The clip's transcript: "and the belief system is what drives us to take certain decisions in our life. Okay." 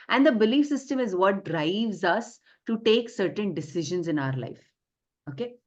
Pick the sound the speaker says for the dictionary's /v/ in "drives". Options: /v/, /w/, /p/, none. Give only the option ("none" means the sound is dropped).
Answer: /v/